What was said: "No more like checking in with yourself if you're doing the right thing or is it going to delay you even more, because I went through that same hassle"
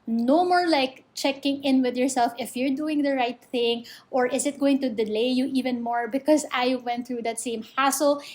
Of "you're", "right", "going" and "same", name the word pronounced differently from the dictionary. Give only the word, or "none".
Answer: none